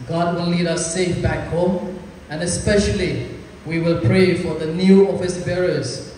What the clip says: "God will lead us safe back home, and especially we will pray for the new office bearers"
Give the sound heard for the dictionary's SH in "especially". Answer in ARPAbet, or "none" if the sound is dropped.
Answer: SH